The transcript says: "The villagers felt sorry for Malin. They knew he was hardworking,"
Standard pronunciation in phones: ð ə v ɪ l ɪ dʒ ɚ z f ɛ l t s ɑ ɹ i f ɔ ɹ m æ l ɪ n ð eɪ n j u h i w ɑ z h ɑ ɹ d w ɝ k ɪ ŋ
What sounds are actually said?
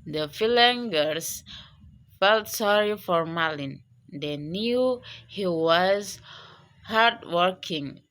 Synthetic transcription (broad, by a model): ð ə f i l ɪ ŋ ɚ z f ɛ l t s ɑ ɹ i f ɔ ɹ m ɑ l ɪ n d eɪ n j u h i w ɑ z h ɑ ɹ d w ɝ k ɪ ŋ